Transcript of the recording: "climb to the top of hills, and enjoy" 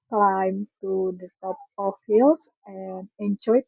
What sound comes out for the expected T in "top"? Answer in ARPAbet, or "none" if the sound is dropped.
S